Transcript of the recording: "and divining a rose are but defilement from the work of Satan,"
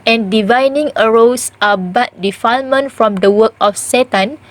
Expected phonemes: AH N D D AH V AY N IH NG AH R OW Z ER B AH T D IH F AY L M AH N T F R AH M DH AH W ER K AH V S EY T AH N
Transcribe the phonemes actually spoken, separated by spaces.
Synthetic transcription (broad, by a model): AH N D D AH V AY N IH NG AH R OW S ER B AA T D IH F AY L M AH N T F R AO M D AH W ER K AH F S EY T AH N